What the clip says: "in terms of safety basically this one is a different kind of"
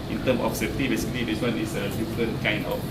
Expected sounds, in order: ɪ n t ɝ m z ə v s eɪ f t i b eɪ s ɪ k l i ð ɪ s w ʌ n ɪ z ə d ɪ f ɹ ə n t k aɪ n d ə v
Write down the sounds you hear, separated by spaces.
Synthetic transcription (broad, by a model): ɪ n t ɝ m ə f s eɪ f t i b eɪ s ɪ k l i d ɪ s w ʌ n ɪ s ə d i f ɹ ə n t k aɪ n d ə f